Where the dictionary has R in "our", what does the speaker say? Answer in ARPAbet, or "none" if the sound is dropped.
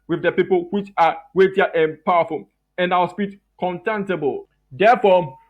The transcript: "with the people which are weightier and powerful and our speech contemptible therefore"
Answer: W